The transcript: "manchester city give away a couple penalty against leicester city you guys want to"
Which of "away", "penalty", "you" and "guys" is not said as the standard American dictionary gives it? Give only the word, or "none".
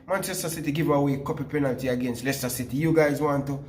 none